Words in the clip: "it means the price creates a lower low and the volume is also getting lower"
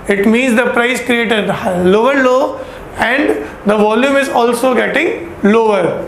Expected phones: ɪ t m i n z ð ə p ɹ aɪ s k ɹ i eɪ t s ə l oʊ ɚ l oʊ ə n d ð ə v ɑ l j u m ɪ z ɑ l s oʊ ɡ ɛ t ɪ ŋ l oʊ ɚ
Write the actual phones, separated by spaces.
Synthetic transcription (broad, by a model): ɪ t m i n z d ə p ɹ aɪ s k ɹ i eɪ t ə l oʊ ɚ l oʊ ə n d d ə v ɑ l j u m ɪ z ɑ l s oʊ ɡ ɛ t ɪ ŋ l oʊ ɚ